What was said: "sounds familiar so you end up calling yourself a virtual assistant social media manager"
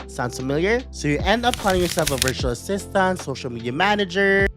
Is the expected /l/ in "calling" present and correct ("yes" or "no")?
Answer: no